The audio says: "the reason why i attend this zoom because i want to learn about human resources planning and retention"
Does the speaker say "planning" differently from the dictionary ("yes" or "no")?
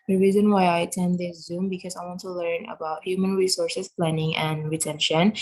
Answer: no